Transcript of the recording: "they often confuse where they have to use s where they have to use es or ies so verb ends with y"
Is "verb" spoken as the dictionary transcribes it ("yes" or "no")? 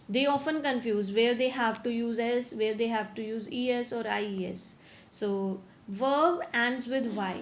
yes